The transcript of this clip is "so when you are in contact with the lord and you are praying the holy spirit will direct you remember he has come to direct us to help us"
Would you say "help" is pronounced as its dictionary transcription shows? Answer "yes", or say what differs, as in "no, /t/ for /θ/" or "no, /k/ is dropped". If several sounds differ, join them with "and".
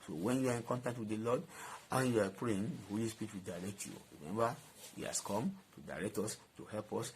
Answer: yes